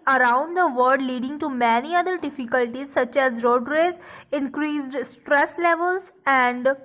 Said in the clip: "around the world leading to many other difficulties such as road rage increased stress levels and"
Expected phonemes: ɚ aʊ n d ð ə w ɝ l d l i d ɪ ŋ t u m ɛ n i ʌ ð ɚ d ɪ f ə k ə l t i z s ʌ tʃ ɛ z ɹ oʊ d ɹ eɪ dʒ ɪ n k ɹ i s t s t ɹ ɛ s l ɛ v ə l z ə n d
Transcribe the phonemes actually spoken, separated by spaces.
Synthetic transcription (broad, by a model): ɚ aʊ n d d ə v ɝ d l i d ɪ ŋ t u m ɛ n i ʌ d ɚ d ɪ f ə k ə l t i z s ʌ tʃ ɛ z ɹ oʊ d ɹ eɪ z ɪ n k ɹ i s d s t ɹ ɛ s l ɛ v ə l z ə n d